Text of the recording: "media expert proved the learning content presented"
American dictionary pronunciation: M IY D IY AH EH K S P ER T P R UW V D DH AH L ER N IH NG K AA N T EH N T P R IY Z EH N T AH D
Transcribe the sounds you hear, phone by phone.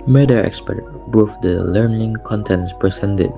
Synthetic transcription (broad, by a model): M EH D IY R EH K S P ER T B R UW F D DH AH L ER N IH NG K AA N T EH N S P R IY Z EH N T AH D